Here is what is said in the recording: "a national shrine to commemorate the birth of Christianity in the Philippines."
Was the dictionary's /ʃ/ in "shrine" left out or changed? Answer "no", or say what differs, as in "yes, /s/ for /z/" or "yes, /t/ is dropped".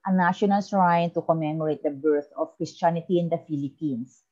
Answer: yes, /s/ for /ʃ/